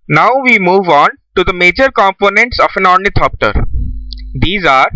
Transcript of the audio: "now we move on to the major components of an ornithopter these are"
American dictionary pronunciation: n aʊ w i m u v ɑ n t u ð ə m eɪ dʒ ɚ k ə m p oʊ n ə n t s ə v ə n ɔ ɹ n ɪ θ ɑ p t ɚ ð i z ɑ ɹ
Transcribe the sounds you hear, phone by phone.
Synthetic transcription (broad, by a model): n aʊ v i m u v ɑ n t u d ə m eɪ dʒ ɚ k ə m p oʊ n ə n t s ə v ə n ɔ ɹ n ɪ t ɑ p t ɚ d i z ɑ ɹ